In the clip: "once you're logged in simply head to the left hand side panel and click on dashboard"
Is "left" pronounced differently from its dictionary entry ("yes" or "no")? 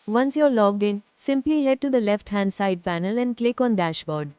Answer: no